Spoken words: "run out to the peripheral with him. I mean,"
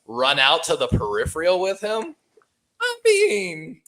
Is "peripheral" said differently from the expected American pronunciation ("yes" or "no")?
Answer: no